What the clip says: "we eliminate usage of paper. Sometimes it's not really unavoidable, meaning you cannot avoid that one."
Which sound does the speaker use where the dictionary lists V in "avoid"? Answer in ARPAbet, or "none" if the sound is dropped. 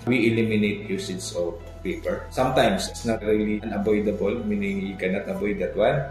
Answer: B